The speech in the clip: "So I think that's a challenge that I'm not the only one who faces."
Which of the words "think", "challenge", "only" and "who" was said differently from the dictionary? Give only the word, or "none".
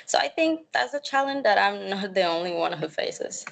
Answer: none